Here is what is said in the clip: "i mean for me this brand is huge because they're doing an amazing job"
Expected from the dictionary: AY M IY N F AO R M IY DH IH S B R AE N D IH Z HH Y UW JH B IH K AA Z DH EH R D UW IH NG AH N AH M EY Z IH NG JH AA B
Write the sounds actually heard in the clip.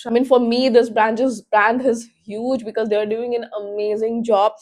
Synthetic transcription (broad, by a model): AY M IY N F AO R M IY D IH S B R AE N D IH Z HH Y UW JH B IH K AA Z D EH R D UW IH NG AH N AH M EY Z IH NG JH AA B